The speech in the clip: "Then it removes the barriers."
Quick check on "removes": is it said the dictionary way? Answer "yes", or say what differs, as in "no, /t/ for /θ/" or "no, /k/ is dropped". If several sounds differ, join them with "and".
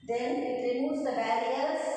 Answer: no, /v/ is dropped